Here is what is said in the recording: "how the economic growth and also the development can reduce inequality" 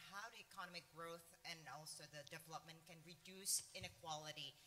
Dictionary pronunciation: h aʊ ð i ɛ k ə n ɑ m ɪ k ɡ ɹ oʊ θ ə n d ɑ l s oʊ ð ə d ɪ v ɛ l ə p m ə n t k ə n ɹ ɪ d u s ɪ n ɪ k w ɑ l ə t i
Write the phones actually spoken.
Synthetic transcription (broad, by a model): h aʊ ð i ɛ k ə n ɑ m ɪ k ɡ ɹ oʊ θ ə n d ɑ l s oʊ ð ə d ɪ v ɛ l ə p m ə n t k ə n ɹ ɪ d u s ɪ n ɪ k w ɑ l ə t i